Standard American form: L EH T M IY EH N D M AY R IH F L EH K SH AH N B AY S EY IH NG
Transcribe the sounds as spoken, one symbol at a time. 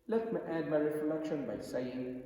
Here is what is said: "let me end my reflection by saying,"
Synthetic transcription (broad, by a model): L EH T M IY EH D M AY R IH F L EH K SH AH N B AY S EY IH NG